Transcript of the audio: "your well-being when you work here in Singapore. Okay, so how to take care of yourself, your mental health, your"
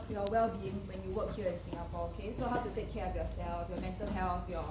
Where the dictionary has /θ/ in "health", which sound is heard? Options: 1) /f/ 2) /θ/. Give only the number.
1